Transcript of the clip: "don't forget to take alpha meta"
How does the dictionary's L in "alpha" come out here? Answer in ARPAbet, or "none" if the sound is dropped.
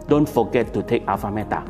none